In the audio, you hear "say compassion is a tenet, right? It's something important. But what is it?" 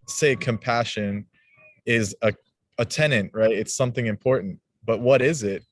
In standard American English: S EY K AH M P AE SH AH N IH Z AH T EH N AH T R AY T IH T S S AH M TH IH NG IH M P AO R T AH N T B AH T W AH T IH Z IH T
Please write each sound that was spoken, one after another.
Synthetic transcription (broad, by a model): S EY K AH M P AE SH AH N IH Z AH T EH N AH T R AY T IH T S S AH M TH IH NG IH M P AO R T N T B AH T W AH T IH Z IH T